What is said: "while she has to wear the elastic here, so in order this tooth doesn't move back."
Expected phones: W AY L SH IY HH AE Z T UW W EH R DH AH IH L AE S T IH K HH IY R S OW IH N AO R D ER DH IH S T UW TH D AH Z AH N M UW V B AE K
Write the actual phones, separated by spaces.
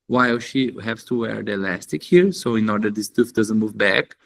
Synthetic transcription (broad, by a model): W AY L SH IY HH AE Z T UW W EH R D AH IH L AE S T IH K HH IY R S OW IH N AO R D ER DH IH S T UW F D AH Z AH N M UW V B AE K